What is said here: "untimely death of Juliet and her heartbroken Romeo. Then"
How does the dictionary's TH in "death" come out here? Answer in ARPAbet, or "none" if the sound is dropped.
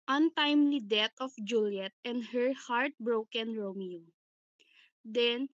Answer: T